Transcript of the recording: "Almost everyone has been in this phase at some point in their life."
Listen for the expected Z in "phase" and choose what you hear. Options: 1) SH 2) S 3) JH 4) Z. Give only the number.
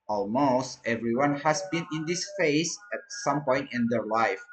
2